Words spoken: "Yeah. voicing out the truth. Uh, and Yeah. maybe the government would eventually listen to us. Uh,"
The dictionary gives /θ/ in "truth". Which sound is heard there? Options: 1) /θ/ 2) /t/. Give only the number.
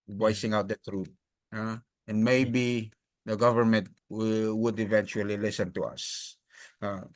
2